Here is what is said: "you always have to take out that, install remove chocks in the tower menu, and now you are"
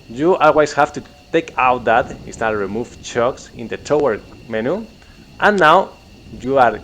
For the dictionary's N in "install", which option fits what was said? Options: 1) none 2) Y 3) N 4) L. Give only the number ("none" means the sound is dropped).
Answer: 1